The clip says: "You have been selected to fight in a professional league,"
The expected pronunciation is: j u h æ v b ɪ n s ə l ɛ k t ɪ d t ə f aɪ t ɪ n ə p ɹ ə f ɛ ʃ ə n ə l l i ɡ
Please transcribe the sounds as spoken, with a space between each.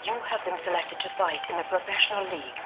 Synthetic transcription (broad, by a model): j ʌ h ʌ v b ɪ n s ə l ɛ k t ɪ d t ə f aɪ t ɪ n ə p ɹ ə f ɛ ʃ ə n ə l l i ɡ